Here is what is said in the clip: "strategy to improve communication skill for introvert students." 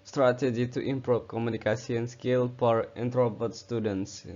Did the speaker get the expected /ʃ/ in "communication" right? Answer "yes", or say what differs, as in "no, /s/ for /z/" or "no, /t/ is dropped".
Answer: no, /s/ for /ʃ/